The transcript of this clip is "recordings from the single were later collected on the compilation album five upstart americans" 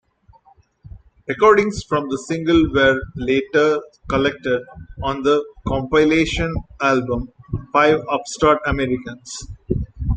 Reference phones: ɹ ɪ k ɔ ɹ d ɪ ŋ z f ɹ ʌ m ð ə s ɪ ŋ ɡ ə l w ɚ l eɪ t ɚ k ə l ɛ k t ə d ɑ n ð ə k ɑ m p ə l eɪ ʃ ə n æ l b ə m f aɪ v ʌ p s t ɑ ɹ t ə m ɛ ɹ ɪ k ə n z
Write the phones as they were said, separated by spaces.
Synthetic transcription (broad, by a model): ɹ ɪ k ɔ ɹ d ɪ ŋ s f ɹ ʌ m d ə s ɪ ŋ ɡ ə l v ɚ l eɪ t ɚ k ə l ɛ k t ə d ɑ n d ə k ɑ m p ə l eɪ ʃ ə n æ l b ə m f aɪ v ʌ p s t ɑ ɹ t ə m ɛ ɹ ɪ k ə n s